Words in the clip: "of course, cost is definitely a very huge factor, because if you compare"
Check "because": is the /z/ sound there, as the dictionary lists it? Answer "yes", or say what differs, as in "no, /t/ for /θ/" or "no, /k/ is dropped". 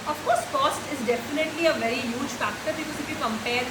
no, /s/ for /z/